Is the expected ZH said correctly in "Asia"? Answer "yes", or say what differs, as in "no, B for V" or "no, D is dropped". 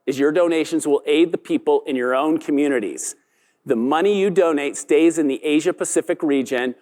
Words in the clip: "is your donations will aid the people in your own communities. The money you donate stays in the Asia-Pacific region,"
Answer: yes